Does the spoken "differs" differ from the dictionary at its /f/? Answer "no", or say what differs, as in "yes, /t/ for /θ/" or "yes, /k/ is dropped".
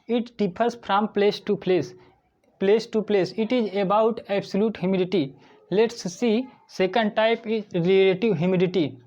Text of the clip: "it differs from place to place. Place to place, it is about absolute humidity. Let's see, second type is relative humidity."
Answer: yes, /p/ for /f/